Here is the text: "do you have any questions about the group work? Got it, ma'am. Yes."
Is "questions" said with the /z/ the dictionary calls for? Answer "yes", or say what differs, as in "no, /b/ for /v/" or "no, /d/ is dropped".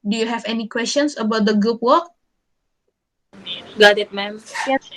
no, /s/ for /z/